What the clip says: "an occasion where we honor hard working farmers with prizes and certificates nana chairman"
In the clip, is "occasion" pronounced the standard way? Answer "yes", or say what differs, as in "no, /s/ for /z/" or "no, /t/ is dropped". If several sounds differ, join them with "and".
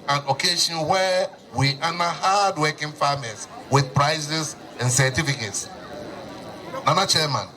no, /ʃ/ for /ʒ/